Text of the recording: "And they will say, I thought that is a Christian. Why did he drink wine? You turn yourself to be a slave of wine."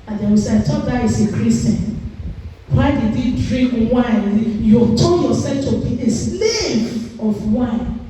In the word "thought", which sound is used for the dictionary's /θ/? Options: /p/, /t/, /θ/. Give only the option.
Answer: /t/